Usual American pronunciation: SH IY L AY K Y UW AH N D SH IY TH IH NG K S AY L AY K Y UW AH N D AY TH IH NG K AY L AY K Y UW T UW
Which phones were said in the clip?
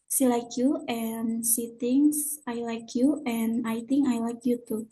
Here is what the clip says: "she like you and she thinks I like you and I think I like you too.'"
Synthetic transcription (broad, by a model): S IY L AY K Y UW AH N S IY T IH NG S AY L AY K Y UW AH N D AY T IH NG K AY L AY K Y UW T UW